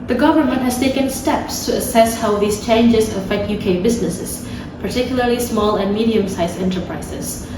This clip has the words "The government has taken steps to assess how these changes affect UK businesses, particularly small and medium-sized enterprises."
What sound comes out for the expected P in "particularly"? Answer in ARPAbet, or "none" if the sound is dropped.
P